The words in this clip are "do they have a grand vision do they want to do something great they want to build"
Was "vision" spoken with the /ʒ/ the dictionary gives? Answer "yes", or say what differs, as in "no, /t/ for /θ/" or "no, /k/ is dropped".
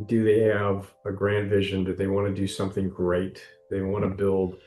yes